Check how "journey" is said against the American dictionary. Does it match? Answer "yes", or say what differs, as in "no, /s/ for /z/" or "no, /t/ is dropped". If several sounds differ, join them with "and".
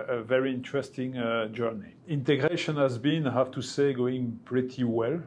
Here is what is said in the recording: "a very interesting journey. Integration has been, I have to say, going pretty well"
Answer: yes